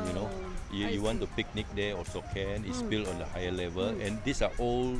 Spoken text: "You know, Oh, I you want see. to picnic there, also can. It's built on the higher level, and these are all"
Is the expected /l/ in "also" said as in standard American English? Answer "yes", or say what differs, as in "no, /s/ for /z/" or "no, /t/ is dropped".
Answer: no, /l/ is dropped